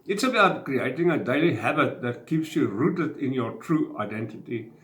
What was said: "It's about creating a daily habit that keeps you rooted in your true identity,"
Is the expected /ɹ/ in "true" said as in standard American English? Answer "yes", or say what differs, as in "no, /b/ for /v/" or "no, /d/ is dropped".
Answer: yes